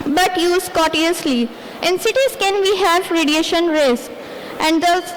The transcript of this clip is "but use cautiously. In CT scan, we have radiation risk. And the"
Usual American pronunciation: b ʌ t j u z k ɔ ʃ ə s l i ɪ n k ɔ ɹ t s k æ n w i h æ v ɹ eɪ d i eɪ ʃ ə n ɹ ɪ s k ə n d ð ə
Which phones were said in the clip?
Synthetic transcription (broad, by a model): b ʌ t j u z k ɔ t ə s l i ɪ n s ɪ t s k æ n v i h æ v ɹ eɪ d i eɪ ʃ ə n ɹ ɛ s ə n d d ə